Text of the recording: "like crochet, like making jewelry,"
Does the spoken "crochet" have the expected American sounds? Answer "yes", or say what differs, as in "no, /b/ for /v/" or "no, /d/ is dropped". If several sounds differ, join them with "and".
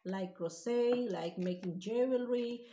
no, /s/ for /ʃ/